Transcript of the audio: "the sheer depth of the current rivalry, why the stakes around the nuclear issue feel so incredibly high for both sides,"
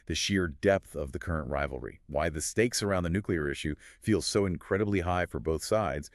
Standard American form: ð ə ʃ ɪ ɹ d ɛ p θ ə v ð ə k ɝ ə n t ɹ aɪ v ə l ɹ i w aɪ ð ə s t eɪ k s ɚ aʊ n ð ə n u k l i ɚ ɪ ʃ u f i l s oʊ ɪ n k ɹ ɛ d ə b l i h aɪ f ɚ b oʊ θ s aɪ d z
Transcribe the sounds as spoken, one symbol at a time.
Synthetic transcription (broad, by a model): ð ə ʃ ɪ ɹ d ɛ p θ ə v ð ə k ɝ ə n t ɹ aɪ v l ɹ i w aɪ ð ə s t eɪ k s ɚ aʊ n ð ə n u k l i ɚ ɪ ʃ u f i l s oʊ ɪ n k ɹ ɛ d ə b l i h aɪ f ɚ b oʊ θ s aɪ d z